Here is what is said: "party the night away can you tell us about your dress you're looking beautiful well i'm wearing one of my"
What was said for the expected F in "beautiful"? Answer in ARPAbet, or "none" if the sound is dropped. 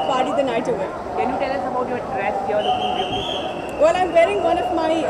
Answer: none